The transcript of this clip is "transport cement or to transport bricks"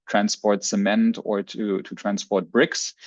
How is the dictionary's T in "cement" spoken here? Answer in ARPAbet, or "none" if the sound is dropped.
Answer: T